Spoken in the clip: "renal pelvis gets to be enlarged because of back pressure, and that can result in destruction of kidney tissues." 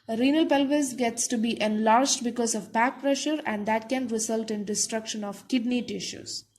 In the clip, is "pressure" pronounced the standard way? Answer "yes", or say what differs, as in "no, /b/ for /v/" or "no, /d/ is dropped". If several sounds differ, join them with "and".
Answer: yes